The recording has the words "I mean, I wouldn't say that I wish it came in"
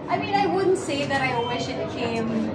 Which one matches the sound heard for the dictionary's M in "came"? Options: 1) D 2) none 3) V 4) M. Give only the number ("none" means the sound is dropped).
2